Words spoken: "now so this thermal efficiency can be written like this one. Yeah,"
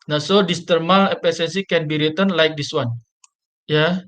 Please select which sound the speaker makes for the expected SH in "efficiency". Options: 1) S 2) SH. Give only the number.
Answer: 1